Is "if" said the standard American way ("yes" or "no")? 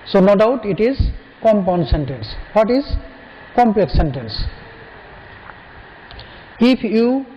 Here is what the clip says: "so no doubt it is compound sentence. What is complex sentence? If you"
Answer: no